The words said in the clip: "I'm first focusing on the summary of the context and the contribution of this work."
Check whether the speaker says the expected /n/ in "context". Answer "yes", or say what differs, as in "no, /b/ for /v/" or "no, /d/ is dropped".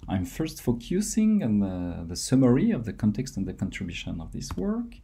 yes